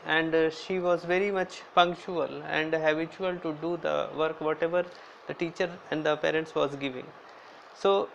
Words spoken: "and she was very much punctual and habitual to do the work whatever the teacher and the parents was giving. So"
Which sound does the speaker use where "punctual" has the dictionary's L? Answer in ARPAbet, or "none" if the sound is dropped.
L